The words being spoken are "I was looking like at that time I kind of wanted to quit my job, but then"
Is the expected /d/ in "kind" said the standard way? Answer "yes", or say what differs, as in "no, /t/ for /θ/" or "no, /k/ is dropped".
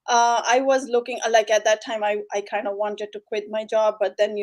yes